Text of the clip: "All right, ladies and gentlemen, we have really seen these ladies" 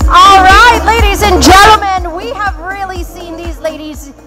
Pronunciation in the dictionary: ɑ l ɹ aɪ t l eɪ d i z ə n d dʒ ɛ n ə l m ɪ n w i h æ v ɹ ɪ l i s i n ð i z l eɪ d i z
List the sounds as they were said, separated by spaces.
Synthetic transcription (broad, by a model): ɑ l ɹ aɪ t l eɪ d i z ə n dʒ ɛ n l m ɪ n w i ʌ v ɹ ɪ l i s i n ð i z l eɪ d i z